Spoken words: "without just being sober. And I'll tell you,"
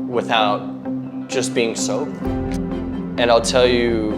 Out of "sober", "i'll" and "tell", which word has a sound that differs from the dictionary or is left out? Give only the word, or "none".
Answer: sober